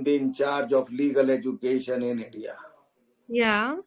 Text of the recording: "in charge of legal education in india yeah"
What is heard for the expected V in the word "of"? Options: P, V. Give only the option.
P